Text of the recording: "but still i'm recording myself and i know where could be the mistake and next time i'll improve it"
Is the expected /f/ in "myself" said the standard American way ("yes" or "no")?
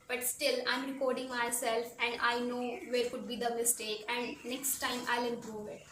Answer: yes